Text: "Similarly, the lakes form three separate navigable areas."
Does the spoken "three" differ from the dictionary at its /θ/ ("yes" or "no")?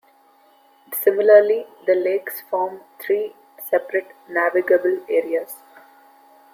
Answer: yes